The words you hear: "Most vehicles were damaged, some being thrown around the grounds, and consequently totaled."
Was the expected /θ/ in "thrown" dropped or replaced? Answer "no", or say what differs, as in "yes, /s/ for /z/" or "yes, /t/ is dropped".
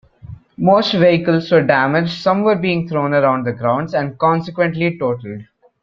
yes, /t/ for /θ/